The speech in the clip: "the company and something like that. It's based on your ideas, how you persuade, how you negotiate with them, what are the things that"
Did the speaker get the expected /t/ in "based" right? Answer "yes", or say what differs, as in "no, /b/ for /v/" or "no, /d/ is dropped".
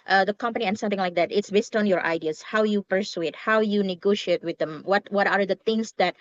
yes